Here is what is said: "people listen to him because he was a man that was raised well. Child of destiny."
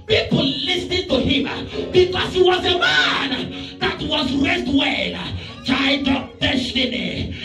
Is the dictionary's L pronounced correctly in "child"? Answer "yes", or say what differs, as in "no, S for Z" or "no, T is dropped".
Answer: no, L is dropped